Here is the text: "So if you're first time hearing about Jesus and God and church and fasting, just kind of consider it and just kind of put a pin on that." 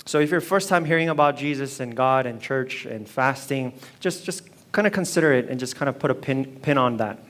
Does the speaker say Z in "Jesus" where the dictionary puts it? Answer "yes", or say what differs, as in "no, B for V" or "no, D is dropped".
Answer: yes